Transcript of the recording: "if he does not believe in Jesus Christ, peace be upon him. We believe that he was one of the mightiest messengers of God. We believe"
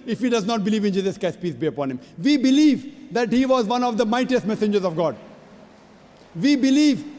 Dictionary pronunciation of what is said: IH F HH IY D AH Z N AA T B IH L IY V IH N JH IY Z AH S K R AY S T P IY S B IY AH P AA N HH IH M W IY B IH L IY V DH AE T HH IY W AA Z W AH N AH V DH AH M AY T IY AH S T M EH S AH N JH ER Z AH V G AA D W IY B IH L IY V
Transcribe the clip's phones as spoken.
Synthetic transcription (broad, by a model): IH F HH IY D AH Z N AA T B IH L IY V IH N JH IY Z AH S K AY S P IY S B IY AH P AA N HH IH M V IY B IH L IY V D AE T HH IY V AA Z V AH N AH V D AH M AY T IY AH S T M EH S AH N JH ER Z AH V G AA D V IY B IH L IY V